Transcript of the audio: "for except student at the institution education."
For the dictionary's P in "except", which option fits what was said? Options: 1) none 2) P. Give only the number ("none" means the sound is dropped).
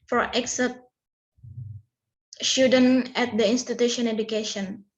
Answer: 1